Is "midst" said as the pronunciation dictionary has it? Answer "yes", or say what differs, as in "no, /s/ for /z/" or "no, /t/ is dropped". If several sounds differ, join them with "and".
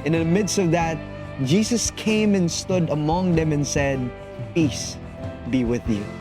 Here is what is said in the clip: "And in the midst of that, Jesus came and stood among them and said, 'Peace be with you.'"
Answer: yes